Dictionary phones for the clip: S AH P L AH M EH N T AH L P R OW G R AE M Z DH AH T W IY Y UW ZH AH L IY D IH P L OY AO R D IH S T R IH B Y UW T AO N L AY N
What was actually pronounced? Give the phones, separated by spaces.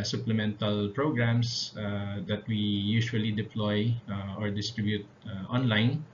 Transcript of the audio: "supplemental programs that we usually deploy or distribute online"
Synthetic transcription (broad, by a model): S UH P L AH M EH N T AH L P R OW G R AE M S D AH T W IY Y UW SH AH L IY D IH P L OY AO R D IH S T R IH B Y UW T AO N L AY N